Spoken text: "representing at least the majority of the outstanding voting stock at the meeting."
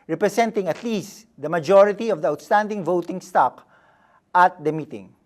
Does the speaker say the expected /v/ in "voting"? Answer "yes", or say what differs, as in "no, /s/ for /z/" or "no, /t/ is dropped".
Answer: yes